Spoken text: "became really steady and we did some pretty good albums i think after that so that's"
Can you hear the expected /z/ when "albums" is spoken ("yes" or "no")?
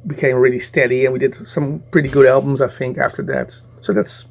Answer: yes